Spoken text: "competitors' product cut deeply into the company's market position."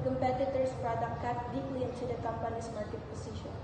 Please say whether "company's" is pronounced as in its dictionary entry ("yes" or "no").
no